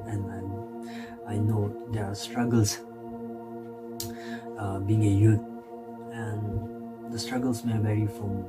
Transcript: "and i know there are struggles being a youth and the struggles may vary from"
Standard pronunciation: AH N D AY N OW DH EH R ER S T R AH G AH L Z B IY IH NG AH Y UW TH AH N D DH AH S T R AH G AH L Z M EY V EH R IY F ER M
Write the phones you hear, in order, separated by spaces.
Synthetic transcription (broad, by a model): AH N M AY N OW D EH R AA S T R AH G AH L S B IY IH NG AH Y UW T AH N D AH S T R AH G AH L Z M EY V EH R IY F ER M